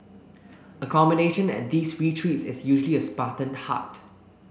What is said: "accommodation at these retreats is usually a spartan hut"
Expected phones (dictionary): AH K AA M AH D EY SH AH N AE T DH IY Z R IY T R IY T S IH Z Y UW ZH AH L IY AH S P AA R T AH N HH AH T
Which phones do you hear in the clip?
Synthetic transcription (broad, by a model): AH K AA M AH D EY SH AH N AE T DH IY S R IY T R IY T S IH S Y UW ZH AH L IY AH S P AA T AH N HH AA T